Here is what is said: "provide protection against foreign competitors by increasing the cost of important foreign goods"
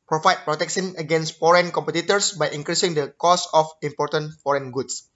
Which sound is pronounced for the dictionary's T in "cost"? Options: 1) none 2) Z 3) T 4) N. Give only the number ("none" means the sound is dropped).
1